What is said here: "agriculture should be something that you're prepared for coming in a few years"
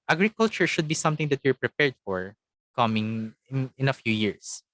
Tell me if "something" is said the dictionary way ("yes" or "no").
no